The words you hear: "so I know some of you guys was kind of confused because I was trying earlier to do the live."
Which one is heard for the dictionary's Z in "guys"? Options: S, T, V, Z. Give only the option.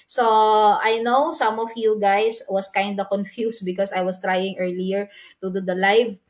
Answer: S